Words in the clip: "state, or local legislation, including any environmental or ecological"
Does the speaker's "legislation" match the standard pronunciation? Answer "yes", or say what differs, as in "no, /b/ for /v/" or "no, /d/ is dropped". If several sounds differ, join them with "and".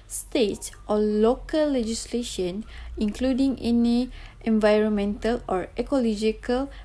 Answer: yes